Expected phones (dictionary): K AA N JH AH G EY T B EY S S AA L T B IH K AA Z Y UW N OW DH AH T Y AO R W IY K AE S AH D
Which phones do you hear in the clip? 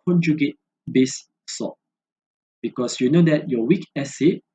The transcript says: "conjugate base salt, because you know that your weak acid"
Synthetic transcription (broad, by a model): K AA N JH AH G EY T B EY S S AA T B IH K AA S Y UW N OW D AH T Y AO W IY K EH S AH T